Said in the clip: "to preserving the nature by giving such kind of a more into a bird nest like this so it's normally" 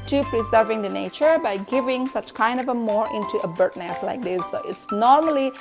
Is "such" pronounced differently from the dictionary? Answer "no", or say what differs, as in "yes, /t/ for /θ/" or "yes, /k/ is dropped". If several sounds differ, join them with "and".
no